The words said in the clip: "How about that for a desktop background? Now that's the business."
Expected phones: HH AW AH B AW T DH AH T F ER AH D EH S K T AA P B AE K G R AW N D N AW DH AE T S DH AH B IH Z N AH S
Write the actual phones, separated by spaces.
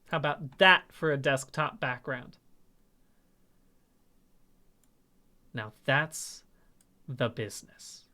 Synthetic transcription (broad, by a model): HH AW AH B AW T DH AH T F ER AH D EH S K T AA P B AE K G R AW N D N AW DH AE T S DH AH B IH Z N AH S